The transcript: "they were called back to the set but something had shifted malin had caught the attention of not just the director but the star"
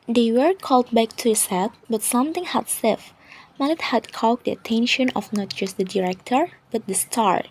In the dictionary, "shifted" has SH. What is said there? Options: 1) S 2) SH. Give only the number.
1